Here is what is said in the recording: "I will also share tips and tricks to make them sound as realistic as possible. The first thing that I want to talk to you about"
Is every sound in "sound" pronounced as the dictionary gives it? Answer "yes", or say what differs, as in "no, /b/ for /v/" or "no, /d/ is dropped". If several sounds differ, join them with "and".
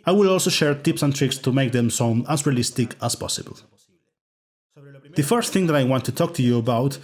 no, /d/ is dropped